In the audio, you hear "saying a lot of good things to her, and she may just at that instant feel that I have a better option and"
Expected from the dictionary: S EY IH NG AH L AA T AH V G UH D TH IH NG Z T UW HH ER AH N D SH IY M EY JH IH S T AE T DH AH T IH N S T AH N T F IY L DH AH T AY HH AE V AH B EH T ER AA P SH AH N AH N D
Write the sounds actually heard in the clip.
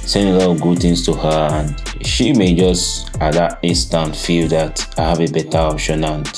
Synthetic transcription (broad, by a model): S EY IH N AH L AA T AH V G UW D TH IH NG S T UW HH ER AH N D SH IY M EY JH IH S T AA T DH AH T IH N S T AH N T F IY L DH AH T AY HH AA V AH B EH T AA AA P SH AH N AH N